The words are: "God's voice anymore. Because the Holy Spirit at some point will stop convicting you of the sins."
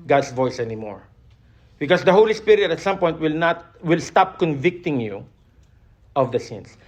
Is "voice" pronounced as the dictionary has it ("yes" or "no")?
yes